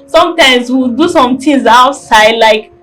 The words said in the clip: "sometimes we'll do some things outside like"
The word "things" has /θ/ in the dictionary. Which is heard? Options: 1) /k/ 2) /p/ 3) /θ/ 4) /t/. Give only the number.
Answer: 4